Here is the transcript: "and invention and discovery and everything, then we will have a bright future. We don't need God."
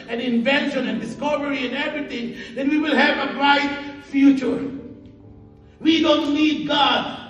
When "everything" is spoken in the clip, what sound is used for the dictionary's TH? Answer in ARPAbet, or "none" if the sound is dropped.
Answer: T